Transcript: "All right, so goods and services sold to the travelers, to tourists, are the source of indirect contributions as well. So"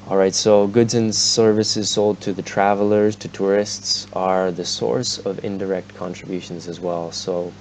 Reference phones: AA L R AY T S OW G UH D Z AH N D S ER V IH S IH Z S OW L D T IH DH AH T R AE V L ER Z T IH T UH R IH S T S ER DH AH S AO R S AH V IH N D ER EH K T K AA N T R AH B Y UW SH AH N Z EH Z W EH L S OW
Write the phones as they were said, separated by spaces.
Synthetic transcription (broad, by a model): AA L R AY T S OW G UH D Z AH N S ER V IH S IH Z S OW L D T IH DH AH T R AE V L ER Z T IH T UH R IH S T S ER DH AH S AO R S AH V IH N D ER EH K T K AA N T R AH B Y UW SH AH N Z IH Z W EH L S OW